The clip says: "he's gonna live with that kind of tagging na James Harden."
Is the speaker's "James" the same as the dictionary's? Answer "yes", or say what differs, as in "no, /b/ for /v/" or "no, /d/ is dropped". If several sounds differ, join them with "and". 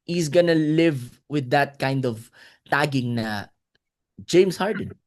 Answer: no, /s/ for /z/